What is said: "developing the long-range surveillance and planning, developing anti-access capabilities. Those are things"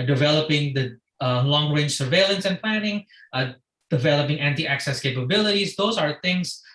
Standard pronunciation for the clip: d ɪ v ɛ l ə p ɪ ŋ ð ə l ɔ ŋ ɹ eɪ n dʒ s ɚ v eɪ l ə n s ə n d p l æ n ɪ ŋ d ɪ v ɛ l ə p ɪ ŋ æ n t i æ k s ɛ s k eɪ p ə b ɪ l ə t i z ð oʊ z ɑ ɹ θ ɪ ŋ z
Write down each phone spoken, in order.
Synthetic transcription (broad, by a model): d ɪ v ɛ l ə p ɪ ŋ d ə l ɔ ŋ ɹ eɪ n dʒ s ɚ v eɪ l ə n s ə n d p l æ n ɪ ŋ d ɪ v ɛ l ə p ɪ ŋ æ n t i æ k s ɛ s k eɪ p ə b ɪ l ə t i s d oʊ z ɑ ɹ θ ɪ ŋ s